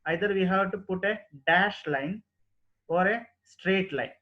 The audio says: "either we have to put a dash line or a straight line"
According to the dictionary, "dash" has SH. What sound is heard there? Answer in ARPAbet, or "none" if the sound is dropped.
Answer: SH